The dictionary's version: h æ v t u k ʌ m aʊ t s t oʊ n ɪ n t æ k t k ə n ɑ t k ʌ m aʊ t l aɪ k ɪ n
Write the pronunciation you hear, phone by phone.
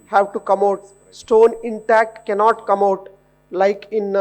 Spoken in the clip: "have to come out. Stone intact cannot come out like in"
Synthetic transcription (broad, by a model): h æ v t u k ʌ m aʊ t s t oʊ n ɪ n t æ k t k ə n ɑ t k ʌ m aʊ t l aɪ k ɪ n